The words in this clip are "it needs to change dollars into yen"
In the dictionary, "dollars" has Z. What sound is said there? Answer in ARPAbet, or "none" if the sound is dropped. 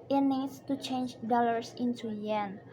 S